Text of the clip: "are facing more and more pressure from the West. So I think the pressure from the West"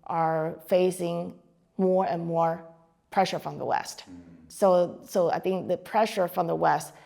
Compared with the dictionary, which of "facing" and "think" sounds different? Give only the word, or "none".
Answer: none